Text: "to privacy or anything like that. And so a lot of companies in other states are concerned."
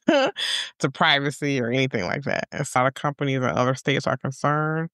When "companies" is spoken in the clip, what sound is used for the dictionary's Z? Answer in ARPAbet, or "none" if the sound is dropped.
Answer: Z